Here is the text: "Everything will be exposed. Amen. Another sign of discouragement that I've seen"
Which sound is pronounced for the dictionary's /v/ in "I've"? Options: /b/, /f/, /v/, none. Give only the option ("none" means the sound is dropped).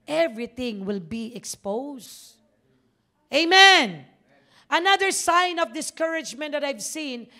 /v/